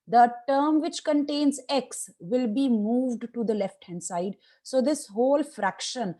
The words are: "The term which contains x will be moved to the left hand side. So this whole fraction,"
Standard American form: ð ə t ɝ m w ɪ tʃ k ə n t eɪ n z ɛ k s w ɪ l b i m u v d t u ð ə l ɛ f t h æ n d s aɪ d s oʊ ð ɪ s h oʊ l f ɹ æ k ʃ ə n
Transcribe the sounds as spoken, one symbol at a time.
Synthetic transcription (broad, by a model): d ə t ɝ m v ɪ tʃ k ə n t eɪ n z ɛ k s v ɪ l b i m u v d t u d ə l ɛ f t h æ n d s aɪ d s oʊ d ɪ s h oʊ l f ɹ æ k ʃ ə n